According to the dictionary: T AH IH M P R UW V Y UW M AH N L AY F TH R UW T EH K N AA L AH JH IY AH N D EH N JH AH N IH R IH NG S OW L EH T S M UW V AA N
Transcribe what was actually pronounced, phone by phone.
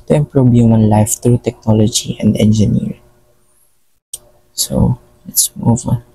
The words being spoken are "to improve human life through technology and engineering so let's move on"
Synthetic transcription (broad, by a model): T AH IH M P R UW B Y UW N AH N L AY F T R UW T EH K N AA L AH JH IY AH N D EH N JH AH N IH R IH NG S OW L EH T S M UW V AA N